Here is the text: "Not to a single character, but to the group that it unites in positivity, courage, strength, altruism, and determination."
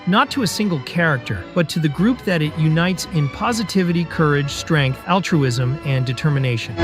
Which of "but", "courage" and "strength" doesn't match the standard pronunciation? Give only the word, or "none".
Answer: none